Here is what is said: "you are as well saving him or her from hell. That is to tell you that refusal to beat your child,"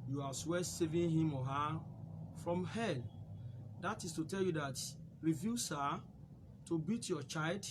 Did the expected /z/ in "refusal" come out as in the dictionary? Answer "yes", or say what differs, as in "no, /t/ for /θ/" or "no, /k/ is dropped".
no, /s/ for /z/